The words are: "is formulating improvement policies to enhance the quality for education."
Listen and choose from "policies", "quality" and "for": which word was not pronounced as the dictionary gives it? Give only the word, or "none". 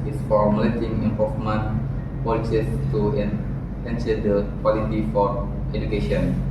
policies